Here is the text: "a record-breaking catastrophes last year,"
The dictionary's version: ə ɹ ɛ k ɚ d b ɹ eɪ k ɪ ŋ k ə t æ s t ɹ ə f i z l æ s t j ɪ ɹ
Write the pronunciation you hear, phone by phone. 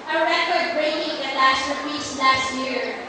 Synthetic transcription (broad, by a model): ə ɹ ɛ k ɚ d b ɹ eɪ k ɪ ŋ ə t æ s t ə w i s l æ s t j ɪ ɹ